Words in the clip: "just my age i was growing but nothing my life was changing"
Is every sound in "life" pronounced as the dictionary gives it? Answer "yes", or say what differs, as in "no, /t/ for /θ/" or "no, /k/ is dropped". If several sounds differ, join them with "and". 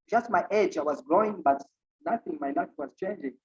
no, /n/ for /l/